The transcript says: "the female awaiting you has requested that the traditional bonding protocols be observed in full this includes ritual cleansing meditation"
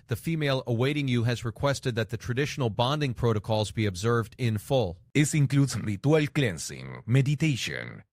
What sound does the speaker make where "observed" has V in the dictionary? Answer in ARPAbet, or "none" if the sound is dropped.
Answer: V